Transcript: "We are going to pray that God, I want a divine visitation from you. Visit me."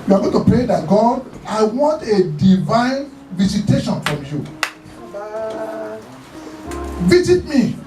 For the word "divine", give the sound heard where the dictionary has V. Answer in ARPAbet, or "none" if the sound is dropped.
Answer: V